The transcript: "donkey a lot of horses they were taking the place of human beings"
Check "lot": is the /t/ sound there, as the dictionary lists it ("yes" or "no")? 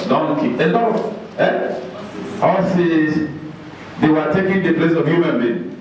no